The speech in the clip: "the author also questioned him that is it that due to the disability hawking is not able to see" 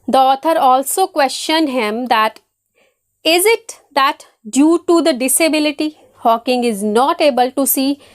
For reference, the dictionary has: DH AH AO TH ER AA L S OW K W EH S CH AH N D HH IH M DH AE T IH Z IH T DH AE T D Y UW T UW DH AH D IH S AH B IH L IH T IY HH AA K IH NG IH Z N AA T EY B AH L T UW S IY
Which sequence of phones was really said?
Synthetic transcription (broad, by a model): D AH AO T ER AA L S OW K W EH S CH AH N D HH IH M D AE T IH Z IH T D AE T D Y UW T UW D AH D IH S AH B IH L IH T IY HH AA K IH NG IH Z N AA T EY B AH L T UW S IY